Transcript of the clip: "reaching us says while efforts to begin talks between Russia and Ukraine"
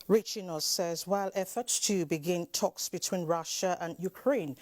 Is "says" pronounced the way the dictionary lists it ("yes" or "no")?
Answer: yes